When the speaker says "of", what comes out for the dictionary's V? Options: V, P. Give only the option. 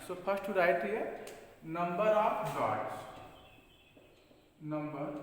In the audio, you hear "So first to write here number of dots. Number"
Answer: P